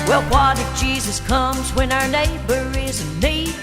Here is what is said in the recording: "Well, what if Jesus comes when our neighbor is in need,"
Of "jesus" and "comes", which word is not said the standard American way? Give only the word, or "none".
none